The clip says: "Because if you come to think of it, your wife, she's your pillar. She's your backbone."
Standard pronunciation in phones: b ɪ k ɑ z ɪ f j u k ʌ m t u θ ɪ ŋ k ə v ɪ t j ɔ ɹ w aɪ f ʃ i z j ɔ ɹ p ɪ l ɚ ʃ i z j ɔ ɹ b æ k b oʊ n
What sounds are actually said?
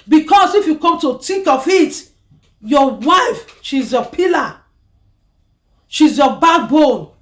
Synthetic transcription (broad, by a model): b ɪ k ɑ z ɪ f j u k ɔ m t u t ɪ k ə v ɪ t j ɔ w aɪ f ʃ i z j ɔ p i l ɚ ʃ i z j ɔ b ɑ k b oʊ n